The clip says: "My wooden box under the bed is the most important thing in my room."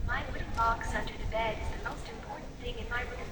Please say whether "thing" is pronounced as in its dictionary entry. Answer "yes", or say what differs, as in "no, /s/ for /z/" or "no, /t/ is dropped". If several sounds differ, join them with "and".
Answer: yes